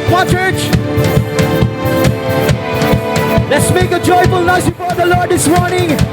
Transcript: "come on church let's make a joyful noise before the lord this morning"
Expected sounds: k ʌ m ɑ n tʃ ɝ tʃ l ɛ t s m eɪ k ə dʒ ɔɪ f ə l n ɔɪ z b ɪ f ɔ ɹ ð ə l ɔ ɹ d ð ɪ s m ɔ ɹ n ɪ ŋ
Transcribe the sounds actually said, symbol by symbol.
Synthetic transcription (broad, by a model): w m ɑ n tʃ ɝ tʃ l ɛ t s m eɪ k ə dʒ ɔɪ f ə l n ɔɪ s b ɪ f ɔ ɹ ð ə l ɔ ɹ d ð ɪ s m ɔ ɹ n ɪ ŋ